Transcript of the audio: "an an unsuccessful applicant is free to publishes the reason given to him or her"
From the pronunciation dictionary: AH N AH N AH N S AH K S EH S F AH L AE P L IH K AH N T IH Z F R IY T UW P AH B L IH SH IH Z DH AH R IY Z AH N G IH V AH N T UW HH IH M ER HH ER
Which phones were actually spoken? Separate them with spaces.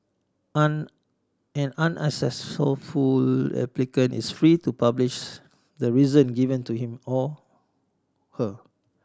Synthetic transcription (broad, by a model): AH N AH N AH N AH S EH S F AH L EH P L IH K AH N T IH S F R IY T UW P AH B L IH SH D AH R IY Z AH N G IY V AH N T UW HH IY M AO HH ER